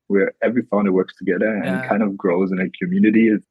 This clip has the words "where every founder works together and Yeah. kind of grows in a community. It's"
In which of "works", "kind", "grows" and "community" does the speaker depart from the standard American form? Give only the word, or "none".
none